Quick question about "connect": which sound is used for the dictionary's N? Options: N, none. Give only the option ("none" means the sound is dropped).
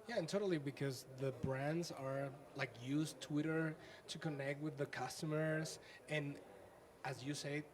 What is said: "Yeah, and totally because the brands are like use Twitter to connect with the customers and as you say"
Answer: N